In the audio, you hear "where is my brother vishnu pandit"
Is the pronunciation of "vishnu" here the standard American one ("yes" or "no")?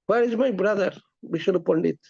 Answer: no